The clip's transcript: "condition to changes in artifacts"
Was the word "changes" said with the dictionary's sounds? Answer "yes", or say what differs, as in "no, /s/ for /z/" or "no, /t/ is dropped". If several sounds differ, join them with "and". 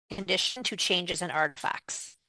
yes